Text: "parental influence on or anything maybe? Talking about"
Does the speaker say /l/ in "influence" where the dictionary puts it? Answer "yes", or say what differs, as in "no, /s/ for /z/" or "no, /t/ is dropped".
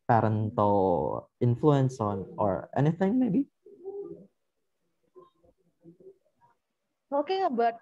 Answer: yes